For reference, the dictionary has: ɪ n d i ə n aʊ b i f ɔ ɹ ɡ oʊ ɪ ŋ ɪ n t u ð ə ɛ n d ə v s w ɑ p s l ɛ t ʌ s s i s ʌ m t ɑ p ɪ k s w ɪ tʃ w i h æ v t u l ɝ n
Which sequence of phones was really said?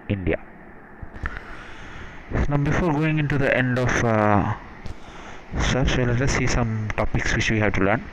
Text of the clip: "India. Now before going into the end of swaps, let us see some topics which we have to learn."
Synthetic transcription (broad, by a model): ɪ n d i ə n aʊ b i f ɔ ɹ ɡ oʊ ɪ ŋ ɪ n t u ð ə ɛ n d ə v s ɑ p s l ɛ t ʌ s s i s ʌ m t ɑ p ɪ k s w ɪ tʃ w i h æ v t u l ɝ n